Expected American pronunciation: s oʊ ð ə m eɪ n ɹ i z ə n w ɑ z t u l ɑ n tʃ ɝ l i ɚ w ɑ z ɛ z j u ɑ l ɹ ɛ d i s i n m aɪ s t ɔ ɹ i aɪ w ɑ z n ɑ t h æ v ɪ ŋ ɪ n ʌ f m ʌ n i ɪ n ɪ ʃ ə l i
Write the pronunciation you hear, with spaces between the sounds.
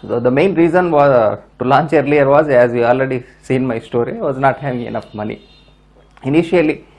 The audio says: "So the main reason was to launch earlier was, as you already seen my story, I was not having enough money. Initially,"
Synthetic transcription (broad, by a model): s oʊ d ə m eɪ n ɹ i z ə n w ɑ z t u l ɑ n tʃ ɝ l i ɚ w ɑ z ɛ z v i ɑ l ɹ ɛ d i s i n m aɪ s t ɔ ɹ i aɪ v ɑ z n ɑ t h æ v ɪ ŋ ɪ n ʌ f m ʌ n i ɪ n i ʃ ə l i